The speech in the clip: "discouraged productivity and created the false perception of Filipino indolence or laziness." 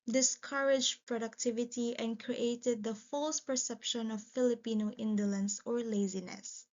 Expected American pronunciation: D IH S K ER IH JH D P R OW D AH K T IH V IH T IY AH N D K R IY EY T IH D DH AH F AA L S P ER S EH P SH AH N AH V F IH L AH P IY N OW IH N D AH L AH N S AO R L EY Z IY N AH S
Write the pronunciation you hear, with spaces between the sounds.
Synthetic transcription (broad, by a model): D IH S K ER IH JH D P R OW D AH K T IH V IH T IY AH N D K R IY EY T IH D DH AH F AA L S P ER S EH P SH AH N AH V F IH L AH P IY N OW IH N D AH L AH N S AO R L EY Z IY N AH S